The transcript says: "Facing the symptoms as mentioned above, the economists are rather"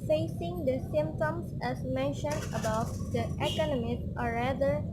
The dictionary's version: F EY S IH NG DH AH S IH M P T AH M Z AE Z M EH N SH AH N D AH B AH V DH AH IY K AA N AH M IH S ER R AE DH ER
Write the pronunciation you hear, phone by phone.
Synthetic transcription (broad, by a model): F EY S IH NG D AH S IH M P T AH M S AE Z M EH N SH AH N D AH B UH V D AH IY K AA N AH M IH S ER R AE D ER